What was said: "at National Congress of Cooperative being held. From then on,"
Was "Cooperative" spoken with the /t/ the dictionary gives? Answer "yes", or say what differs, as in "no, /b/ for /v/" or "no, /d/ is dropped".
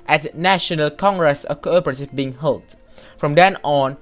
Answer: no, /s/ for /t/